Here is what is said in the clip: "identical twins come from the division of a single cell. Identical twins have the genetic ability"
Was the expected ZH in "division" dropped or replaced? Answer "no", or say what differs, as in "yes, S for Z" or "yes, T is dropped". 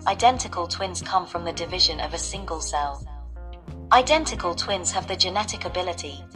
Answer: no